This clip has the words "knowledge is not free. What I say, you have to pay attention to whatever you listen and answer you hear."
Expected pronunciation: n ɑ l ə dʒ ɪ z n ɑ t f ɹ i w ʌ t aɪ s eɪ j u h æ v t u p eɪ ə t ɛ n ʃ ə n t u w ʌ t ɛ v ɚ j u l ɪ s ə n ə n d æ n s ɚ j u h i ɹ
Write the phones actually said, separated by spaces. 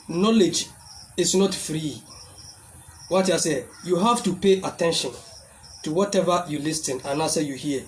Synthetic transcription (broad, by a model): n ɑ l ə dʒ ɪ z n ɑ t f ɹ i w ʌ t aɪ s eɪ j u h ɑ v t u p eɪ ə t ɛ n ʃ ə n t u w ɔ t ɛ v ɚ j u l ɪ s ə n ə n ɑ s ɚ j u h i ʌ